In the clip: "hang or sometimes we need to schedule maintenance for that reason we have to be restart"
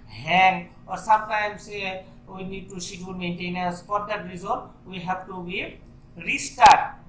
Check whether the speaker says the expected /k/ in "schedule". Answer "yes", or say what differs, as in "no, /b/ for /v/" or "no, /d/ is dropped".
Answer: no, /k/ is dropped